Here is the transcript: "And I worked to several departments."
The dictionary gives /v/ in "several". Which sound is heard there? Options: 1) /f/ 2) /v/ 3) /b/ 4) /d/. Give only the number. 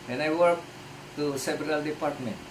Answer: 3